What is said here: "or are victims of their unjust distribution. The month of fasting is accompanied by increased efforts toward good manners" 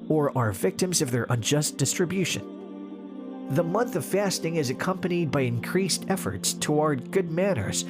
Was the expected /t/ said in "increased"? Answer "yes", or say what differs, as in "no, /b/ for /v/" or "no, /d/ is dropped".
yes